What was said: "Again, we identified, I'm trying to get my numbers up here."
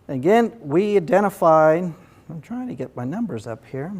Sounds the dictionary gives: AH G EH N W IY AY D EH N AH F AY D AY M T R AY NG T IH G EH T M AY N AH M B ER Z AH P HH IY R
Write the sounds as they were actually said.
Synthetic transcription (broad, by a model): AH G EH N W IY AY D EH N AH F AY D AY M T R AY NG T IH G EH T M AY N AH M B ER Z AH P HH IY R